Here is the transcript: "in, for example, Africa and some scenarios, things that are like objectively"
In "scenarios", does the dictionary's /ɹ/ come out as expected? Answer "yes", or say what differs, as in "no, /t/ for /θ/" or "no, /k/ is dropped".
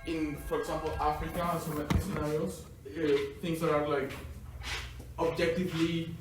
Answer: no, /ɹ/ is dropped